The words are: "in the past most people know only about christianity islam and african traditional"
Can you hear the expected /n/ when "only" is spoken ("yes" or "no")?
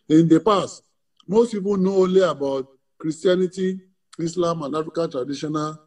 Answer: no